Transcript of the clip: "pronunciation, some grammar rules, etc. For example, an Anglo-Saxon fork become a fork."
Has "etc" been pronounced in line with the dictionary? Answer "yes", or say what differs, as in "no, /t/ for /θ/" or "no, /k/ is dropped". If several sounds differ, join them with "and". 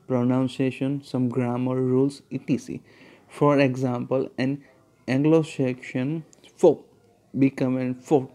no, /s/ is dropped